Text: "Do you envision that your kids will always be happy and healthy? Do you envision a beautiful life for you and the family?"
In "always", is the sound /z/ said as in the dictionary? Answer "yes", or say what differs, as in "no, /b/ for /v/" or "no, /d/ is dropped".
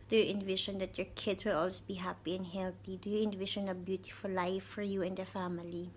no, /z/ is dropped